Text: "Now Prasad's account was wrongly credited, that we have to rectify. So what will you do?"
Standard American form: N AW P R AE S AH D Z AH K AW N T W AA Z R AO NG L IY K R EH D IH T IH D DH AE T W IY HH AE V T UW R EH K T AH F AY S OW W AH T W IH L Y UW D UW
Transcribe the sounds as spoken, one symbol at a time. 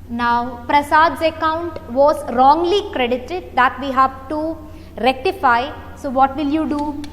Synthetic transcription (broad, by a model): N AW P R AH S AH D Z AH K AW N T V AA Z R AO NG L IY K R EH D IH T IH D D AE T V IY HH AE V T UW R EH K T AH F AY S OW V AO T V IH L Y UW D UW